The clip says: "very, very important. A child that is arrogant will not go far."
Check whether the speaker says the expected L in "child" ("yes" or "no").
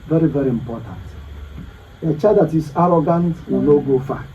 no